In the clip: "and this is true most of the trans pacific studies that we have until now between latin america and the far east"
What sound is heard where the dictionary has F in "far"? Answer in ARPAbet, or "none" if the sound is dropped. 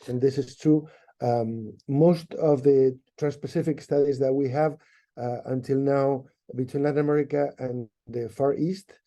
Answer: F